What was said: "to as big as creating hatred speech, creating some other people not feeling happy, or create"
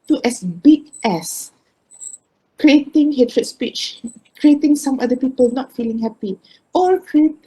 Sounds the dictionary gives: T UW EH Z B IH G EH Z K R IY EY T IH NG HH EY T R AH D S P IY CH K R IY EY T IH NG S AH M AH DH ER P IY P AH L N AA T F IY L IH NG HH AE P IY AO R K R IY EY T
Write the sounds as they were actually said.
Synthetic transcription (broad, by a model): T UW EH S B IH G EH S K R IY EY T IH NG HH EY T R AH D S P IY CH K R IY EY T IH NG S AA M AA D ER P IY P AH L N AA T F IY L IH NG HH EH P IY AO R K R IY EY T